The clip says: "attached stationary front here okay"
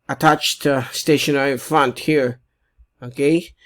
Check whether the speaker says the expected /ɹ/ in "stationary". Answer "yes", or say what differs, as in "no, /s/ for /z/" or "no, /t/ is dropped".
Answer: no, /ɹ/ is dropped